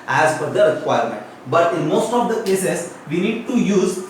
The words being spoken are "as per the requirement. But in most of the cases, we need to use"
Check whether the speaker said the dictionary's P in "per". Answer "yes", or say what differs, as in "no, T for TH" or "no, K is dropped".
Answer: no, F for P